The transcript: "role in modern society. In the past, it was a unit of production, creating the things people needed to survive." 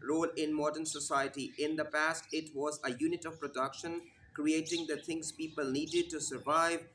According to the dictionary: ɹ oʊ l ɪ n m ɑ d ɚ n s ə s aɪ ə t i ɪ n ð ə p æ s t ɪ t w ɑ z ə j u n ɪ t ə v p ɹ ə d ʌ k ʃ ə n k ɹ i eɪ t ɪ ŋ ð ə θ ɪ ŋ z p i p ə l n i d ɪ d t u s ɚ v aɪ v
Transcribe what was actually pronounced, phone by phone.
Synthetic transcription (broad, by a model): ɹ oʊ l ɪ n m ɑ d ɚ n s ə s aɪ ə t i ɪ n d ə p æ s t ɪ t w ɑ z ə j u n ɪ t ə v p ɹ ə d ʌ k ʃ ə n k ɹ i eɪ t ɪ ŋ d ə t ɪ ŋ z p i p ə l n i d ɪ d t u s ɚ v aɪ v